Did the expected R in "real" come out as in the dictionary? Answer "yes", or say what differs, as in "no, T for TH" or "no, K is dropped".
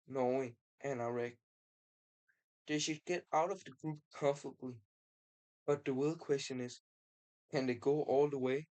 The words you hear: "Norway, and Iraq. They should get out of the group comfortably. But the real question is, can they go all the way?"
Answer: no, W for R